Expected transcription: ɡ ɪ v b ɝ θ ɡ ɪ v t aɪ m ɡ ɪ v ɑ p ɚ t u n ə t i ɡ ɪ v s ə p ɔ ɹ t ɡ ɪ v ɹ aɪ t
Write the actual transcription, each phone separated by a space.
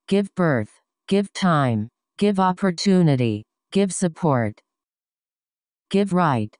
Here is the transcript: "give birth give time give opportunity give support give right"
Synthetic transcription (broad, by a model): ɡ ɪ v b ɝ θ ɡ ɪ v t aɪ m ɡ ɪ v ɑ p ɚ t u n ə t i ɡ ɪ v s ə p ɔ ɹ t ɡ ɪ v ɹ aɪ t